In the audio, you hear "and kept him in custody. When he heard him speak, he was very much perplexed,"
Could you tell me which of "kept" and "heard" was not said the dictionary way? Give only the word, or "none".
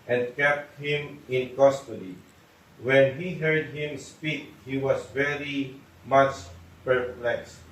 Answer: none